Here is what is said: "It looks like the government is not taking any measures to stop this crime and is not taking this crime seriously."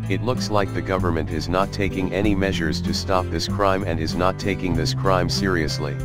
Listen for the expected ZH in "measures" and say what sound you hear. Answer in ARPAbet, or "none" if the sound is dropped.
ZH